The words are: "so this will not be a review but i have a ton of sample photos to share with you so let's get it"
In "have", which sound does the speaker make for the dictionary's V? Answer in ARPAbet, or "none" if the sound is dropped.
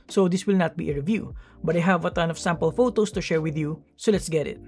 V